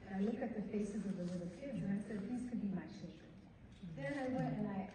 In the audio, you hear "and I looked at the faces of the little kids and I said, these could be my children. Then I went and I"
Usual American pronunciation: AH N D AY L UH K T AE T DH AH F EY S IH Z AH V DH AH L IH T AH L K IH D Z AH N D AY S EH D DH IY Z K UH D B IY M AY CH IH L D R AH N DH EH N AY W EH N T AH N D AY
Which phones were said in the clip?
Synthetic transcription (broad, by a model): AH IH L UH K IH T DH AH F EY S IH Z AH V DH AH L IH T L K IH D Z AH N AY S EH D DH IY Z K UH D B IY M AY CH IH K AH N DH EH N AY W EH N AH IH